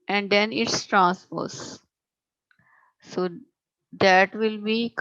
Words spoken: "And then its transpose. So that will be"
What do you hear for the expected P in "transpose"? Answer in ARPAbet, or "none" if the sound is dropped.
F